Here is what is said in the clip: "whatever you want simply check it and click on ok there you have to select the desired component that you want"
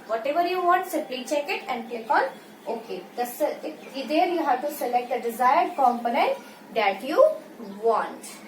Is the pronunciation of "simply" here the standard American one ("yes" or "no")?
no